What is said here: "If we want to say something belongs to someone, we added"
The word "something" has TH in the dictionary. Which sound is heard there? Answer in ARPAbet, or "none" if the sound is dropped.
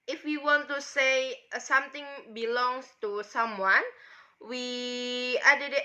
T